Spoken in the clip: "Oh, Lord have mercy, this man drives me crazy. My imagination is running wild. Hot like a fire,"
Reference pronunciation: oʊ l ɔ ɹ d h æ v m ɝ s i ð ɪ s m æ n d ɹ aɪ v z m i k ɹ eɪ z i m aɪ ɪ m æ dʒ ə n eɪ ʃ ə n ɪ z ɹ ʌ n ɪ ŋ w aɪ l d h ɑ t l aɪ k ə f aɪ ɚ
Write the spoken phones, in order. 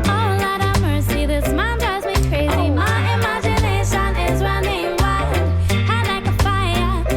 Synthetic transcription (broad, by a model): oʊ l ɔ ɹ d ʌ m ɝ s i ð ɪ s m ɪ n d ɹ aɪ z m i k ɹ eɪ z i m aɪ ɪ m æ dʒ ə n eɪ ʃ ə n ɪ z ɹ ʌ n ɪ ŋ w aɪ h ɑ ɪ l aɪ k ə f aɪ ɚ